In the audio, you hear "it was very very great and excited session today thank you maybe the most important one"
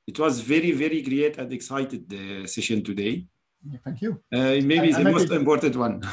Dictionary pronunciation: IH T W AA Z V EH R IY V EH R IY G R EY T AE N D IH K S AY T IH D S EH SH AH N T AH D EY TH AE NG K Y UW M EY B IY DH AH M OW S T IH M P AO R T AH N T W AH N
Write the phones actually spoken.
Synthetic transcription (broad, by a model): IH T W AA Z V EH R IY V EH R IY G R EY T AE N D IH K S AY T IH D S EH SH AH N T AH D EY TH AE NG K Y UW M EY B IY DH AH M OW S T IH M P AO R T AH N T W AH N